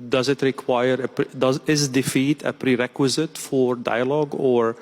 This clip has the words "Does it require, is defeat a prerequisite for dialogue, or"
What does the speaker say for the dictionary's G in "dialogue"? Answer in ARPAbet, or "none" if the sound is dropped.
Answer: G